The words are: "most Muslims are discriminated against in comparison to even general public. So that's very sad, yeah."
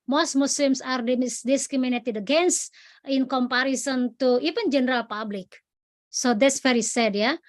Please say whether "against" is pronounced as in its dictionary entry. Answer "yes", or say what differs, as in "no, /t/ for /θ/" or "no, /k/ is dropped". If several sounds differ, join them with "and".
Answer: no, /t/ is dropped